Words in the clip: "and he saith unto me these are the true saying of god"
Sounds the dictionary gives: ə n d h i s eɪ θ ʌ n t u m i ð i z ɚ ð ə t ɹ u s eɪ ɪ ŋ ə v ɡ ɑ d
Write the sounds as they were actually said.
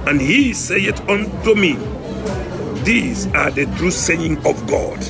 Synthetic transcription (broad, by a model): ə n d h i s eɪ t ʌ n t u m i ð i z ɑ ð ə t ɹ u s eɪ ɪ ŋ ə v ɡ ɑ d